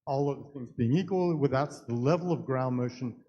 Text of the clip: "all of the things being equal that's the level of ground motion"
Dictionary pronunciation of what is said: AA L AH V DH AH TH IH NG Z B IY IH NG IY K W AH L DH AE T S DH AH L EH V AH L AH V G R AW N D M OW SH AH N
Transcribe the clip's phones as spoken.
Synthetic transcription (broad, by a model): AA L AH V DH AH TH IH NG Z B IY IH NG IY K W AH L DH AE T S DH AH L EH V L AH V G R AW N M OW SH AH N